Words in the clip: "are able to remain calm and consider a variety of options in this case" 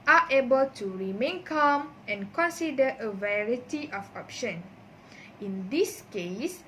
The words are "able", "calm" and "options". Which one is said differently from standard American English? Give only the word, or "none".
options